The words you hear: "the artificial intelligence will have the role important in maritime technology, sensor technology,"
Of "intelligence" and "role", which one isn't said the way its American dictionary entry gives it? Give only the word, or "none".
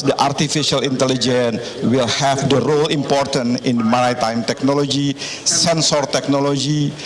intelligence